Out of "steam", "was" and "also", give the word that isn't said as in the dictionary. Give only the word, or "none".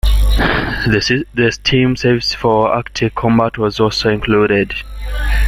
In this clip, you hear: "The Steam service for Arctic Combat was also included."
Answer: none